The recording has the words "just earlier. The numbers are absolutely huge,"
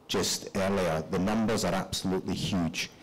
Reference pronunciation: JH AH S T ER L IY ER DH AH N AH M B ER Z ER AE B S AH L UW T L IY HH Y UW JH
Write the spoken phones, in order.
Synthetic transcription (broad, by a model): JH AH S T ER L IY ER DH AH N AH M B ER Z ER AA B S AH L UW T L IY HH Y UW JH